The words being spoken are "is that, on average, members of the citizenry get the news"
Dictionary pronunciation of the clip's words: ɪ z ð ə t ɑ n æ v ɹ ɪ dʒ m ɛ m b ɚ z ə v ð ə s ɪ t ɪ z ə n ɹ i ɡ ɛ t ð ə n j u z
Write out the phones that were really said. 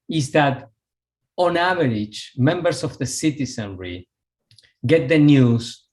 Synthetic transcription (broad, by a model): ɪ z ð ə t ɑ n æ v ɹ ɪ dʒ m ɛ m b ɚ s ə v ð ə s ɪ t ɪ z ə n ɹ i ɡ ɛ t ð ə n j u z